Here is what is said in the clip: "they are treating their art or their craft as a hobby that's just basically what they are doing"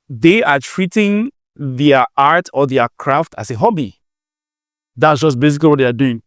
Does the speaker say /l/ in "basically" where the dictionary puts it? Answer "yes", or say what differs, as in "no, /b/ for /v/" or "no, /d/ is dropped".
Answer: no, /l/ is dropped